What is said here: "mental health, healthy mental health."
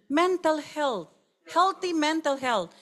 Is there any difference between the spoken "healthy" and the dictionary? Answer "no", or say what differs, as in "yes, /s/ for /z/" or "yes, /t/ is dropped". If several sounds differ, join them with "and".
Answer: yes, /t/ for /θ/